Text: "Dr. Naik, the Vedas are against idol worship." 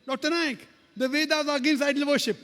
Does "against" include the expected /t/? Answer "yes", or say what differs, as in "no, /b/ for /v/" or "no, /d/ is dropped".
no, /t/ is dropped